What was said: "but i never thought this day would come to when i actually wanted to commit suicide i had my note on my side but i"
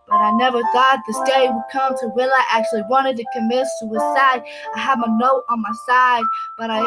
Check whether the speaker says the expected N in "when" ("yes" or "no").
no